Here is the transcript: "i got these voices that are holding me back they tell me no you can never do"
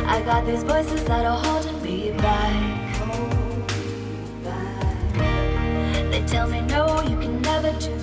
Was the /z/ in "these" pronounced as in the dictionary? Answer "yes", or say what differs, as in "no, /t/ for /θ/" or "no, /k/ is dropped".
yes